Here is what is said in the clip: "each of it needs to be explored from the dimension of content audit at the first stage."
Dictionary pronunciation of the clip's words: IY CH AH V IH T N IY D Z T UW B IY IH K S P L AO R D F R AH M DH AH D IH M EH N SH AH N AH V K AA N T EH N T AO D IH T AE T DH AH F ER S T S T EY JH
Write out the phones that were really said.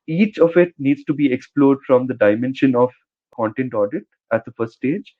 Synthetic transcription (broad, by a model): IY CH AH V IH T N IY D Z T UW B IY IH K S P L AO R D F R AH M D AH D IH M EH N SH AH N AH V K AA N T EH N T AO D IH T AE T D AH F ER T S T EY JH